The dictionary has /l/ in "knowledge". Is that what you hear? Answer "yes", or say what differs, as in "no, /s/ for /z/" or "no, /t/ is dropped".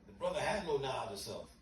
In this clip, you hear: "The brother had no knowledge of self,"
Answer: no, /l/ is dropped